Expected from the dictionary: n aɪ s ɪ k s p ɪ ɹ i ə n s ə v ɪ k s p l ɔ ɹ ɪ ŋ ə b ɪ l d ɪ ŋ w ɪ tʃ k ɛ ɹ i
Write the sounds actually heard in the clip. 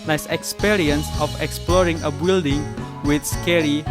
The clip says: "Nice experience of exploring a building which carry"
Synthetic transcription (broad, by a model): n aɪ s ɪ k s p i ɹ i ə n s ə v ɪ k s p l ɔ ɹ ɪ ŋ ə b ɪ l d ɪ ŋ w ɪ s k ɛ ɹ i